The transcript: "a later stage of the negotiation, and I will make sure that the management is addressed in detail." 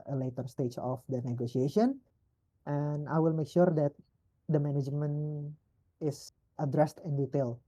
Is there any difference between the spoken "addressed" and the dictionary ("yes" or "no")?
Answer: no